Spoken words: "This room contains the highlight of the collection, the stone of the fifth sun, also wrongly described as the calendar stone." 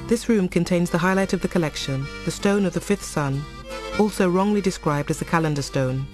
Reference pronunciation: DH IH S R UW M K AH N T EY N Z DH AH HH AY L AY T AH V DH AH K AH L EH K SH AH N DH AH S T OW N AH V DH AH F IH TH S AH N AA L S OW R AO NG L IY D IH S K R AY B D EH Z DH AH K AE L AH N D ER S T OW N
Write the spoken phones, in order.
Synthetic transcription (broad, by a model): DH IH S R UW M K AH N T EY N Z DH AH HH AY L AY T AH V DH AH K AH L EH K SH AH N DH AH S T OW N AH V DH AH F IH TH S AH N AA L S OW R AO NG L IY D IH S K R AY B D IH Z DH AH K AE L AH N D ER S T OW N